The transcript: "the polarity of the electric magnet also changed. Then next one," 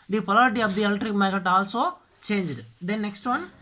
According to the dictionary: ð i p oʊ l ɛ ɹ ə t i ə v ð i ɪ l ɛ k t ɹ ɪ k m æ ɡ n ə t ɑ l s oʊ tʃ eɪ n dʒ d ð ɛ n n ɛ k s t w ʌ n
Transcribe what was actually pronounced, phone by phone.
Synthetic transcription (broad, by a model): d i p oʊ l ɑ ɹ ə t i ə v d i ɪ l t ɹ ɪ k m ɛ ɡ ə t ɑ l s oʊ tʃ eɪ n dʒ d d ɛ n n ɛ k s t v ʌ n